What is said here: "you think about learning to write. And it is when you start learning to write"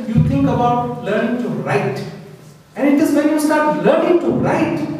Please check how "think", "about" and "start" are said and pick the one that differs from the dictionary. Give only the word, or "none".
think